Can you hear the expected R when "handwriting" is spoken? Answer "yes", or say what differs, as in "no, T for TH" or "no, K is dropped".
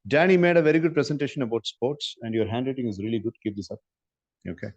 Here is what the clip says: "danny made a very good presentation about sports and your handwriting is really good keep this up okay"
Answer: no, L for R